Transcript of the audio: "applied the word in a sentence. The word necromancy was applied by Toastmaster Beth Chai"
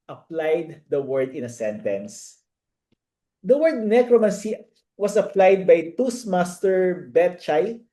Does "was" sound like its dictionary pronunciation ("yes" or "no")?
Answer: no